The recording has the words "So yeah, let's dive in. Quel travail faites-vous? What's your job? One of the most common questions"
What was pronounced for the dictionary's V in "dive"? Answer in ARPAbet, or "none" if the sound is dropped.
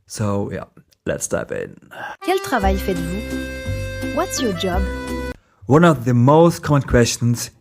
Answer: P